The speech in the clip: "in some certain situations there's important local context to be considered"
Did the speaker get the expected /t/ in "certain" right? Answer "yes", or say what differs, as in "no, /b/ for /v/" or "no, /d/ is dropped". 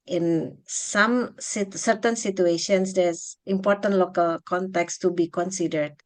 yes